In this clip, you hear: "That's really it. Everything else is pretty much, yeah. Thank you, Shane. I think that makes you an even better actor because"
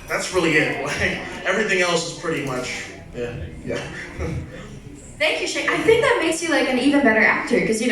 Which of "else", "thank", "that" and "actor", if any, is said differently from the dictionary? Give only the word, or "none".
none